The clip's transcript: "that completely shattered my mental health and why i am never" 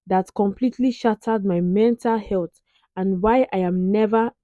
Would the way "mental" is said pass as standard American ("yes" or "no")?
yes